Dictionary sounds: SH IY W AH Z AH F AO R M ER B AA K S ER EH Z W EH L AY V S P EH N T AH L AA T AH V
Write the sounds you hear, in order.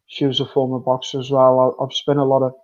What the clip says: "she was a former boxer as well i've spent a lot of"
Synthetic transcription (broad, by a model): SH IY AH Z AH F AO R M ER B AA K S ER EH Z W EH L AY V S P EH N AH L AA T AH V